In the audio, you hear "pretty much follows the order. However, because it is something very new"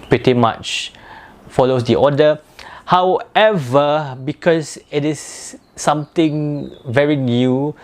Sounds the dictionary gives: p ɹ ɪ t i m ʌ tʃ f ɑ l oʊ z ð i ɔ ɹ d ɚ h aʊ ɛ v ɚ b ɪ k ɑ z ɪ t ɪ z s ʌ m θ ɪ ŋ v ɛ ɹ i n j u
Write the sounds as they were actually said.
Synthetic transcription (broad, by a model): p ɹ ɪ t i m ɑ tʃ f ɑ l oʊ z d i ɔ d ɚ h aʊ ɛ v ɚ b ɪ k ɑ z ɪ t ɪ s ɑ m t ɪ ŋ v ɛ ɹ i n j u